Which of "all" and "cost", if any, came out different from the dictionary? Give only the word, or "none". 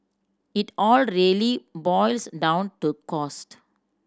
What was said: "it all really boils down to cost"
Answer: none